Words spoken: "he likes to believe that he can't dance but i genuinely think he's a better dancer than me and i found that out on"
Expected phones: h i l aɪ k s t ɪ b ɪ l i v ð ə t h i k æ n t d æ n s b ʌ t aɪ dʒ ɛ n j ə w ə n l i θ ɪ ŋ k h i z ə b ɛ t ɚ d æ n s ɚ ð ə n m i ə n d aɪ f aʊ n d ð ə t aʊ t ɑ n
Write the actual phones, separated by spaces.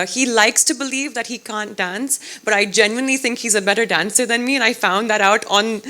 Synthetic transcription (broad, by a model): h i l aɪ k s t ɪ b ɪ l i v ð ə t h i k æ n d æ n s b ʌ t aɪ dʒ ɛ n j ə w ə n l i θ ɪ ŋ k h i z ə b ɛ t ɚ d æ n s ɚ ð ə n m i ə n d aɪ f aʊ n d ð ə t aʊ t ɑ n